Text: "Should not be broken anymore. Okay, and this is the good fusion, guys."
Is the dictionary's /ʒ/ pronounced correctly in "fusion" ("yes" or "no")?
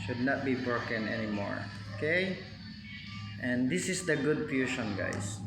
no